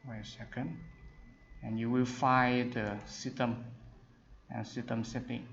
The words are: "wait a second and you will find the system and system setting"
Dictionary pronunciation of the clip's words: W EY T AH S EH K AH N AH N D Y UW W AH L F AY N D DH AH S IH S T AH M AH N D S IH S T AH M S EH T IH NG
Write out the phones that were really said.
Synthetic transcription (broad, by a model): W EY AH S EH K AH N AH N Y UW W AH L F AY D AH S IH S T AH M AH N S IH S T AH M S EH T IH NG